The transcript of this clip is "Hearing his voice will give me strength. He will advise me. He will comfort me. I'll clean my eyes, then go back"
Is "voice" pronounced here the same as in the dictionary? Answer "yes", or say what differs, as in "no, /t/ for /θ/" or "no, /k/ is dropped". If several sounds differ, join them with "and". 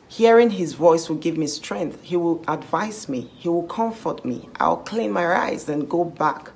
yes